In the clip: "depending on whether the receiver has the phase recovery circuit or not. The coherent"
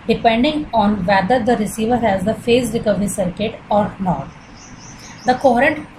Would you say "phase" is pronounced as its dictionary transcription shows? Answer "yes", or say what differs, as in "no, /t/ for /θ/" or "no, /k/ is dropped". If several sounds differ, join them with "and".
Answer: no, /s/ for /z/